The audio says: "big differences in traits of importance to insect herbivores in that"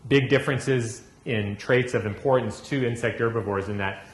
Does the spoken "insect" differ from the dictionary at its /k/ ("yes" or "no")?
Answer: no